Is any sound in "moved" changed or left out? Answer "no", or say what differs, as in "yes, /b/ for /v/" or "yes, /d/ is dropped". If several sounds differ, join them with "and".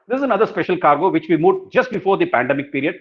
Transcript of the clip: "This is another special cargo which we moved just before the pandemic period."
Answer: yes, /v/ is dropped